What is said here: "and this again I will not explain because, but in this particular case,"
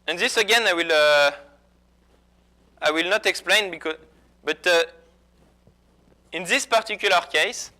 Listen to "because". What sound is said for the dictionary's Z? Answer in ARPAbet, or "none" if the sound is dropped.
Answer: none